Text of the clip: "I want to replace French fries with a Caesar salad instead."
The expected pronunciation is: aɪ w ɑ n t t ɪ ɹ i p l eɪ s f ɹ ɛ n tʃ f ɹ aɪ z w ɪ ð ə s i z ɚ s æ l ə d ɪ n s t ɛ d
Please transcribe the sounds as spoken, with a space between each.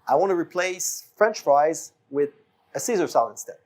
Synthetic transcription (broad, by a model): aɪ w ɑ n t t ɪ ɹ i p l eɪ s f ɹ ɛ n tʃ f ɹ aɪ z w ɪ ð ə s i z ɚ s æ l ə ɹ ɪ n s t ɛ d